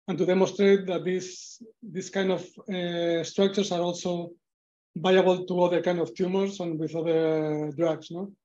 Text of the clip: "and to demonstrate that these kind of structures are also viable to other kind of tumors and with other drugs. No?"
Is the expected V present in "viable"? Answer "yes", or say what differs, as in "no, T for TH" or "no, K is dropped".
no, B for V